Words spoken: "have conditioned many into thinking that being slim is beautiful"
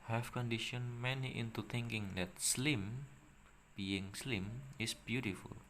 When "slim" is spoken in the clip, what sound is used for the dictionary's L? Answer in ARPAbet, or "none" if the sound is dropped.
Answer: L